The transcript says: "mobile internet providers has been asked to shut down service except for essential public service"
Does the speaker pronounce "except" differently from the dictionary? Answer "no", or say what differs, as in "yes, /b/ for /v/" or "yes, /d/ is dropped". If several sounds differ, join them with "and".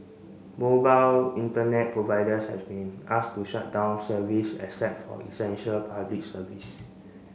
yes, /k/ is dropped and /p/ is dropped